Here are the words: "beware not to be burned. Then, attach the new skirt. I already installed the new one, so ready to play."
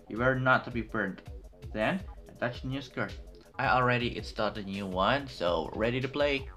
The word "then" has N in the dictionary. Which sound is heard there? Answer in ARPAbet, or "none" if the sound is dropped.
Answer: N